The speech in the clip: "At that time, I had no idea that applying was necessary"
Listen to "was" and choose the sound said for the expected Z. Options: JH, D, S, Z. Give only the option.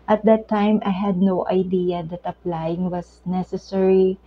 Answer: S